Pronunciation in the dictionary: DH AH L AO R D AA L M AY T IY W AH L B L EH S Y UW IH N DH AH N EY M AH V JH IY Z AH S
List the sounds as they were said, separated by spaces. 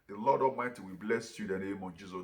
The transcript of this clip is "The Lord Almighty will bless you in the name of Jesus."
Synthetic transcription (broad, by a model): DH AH L AO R D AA M AY T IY W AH B L EH S Y UW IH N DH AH N EY M AH V JH IY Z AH